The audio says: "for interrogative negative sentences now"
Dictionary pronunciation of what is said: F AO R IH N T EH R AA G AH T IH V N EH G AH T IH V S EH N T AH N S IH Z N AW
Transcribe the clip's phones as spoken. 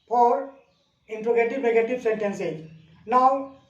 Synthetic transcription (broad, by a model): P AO R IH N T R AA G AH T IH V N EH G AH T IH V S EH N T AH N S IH N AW